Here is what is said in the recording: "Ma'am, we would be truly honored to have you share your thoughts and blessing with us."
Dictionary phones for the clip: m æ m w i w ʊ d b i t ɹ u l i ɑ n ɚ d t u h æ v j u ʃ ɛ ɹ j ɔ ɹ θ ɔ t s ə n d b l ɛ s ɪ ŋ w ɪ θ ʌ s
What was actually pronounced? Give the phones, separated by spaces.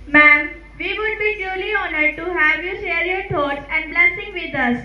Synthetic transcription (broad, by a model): m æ m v i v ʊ d b i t u l i ɑ n ɚ d t u h æ v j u ʃ ɛ ɹ j ɔ ɹ t ɔ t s ə n d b l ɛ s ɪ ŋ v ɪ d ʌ s